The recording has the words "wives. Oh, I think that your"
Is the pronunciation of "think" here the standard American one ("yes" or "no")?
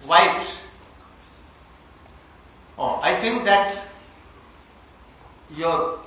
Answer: no